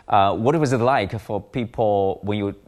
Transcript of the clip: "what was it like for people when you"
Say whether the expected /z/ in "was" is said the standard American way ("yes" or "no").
yes